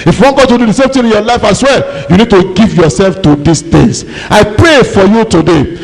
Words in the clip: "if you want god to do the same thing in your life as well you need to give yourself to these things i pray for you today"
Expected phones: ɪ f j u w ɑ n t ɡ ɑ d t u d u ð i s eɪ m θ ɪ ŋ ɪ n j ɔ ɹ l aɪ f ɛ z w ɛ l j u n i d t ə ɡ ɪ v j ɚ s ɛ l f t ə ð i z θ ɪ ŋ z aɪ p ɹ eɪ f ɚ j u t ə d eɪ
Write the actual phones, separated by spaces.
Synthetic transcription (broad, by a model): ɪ f j u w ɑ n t ɡ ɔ t u d u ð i s eɪ m t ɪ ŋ ɪ n j ɔ l aɪ f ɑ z w ɛ l j u n i d t ə ɡ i v j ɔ s ɛ l f t ə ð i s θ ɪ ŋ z aɪ p ɹ eɪ f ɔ j u t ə d eɪ